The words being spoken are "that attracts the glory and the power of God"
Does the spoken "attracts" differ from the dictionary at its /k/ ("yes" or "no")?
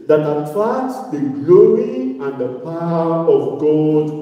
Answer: yes